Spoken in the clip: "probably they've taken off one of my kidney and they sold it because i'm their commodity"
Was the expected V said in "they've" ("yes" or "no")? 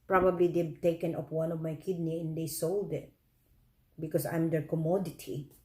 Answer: no